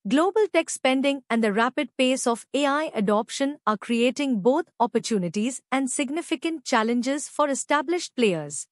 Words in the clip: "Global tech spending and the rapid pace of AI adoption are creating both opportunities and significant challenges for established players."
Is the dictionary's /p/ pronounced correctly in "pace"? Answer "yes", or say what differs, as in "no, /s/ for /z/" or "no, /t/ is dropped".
yes